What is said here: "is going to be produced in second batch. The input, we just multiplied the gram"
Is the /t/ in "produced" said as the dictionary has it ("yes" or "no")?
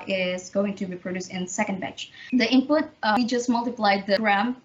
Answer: no